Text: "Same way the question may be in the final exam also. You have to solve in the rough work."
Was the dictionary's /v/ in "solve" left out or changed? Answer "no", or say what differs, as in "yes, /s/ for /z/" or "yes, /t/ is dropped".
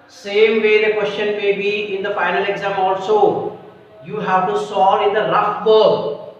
yes, /v/ is dropped